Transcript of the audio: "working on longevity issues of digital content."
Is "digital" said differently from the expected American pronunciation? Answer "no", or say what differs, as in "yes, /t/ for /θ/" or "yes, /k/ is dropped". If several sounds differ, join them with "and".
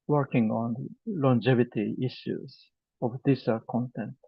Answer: yes, /s/ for /t/